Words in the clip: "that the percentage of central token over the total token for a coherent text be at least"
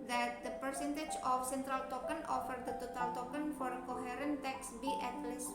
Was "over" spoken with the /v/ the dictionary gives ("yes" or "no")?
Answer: no